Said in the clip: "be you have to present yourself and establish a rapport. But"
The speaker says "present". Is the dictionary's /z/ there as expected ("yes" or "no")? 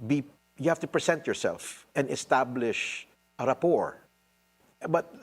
no